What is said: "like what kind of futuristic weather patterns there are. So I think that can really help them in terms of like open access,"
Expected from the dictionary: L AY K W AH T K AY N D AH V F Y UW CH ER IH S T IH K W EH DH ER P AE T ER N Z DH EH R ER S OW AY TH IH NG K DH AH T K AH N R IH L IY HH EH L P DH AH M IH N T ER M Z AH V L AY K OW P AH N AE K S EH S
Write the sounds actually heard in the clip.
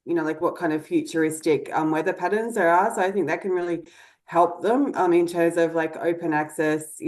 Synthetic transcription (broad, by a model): L AY K W AH T K AY N D AH V F Y UW CH ER IH S T IH K W EH DH ER P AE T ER N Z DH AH R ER S OW AY TH IH NG K DH AH T K AH N R IH L IY HH EH L P DH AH M IH N T ER M Z AH V L AY K OW P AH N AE K S EH S